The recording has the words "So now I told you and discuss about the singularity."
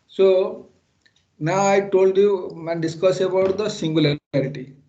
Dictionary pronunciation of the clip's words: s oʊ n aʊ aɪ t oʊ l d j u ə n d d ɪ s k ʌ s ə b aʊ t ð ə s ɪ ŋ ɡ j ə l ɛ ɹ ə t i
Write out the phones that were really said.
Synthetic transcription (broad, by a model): s oʊ n aʊ aɪ t oʊ l d j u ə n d d ɪ s k ʌ s ə b aʊ t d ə s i ŋ ɡ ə l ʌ ɹ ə t i